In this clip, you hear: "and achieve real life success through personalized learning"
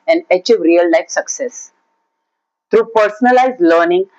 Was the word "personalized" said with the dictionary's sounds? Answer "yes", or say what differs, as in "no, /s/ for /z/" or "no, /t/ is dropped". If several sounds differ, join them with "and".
yes